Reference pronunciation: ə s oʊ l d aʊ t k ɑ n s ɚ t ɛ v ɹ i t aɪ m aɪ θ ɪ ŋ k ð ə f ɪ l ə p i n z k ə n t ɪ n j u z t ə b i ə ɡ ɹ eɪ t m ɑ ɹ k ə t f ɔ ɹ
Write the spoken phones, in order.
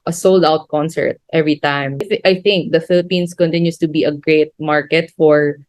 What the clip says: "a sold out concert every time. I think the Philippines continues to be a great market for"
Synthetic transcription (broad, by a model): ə s oʊ l d aʊ t k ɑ n s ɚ t ɛ v ɹ i t aɪ m aɪ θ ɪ ŋ k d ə f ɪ l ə p i n s k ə n t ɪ n j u s t ə b i ə ɡ ɹ eɪ t m ɑ ɹ k ə t f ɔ ɹ